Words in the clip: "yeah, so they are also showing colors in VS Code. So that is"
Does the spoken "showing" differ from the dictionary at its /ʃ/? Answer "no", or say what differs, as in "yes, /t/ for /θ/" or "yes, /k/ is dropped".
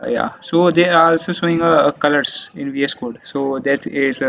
yes, /s/ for /ʃ/